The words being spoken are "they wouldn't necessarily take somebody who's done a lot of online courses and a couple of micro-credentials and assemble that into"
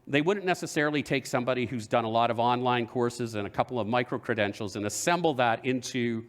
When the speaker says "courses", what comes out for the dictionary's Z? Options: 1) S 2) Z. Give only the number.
2